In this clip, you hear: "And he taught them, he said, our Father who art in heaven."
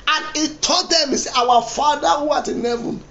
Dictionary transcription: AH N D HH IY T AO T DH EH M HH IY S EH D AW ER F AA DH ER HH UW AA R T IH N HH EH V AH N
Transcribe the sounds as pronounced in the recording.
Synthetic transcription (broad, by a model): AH N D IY T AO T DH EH M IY S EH AW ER F AA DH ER HH UW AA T IH N HH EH V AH N